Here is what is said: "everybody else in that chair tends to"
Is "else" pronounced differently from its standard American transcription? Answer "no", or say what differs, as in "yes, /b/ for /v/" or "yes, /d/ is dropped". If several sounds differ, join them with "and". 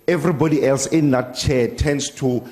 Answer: no